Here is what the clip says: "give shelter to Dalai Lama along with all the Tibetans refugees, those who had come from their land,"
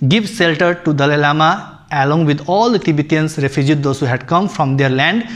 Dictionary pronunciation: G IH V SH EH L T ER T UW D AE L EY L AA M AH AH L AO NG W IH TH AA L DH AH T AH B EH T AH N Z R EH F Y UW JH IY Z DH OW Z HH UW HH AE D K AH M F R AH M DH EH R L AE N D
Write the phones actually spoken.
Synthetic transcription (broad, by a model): G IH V S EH L T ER T UW D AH L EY L AA M AH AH L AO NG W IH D AA L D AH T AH B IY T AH N S R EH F Y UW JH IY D OW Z HH UW HH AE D K AH M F R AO M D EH R L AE N D